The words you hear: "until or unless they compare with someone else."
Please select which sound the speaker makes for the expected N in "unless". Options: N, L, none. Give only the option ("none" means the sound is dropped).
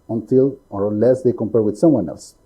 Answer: none